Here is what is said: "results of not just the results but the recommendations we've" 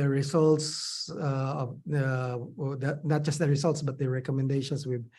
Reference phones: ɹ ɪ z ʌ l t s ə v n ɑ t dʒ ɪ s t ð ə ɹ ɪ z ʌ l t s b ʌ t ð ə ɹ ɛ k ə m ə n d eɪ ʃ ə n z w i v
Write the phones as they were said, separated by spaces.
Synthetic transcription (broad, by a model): ɹ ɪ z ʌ l t s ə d n ɑ t dʒ ɪ s t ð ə ɹ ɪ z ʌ l t s b ʌ t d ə ɹ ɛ k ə m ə n d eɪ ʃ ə n s w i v